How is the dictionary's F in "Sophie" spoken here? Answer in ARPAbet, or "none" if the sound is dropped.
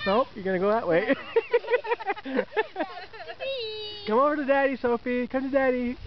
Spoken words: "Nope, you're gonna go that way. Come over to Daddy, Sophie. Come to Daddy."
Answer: F